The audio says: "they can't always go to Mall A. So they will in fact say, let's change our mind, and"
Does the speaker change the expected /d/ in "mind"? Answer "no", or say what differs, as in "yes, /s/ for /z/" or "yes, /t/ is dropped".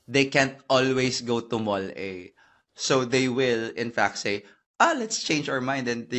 no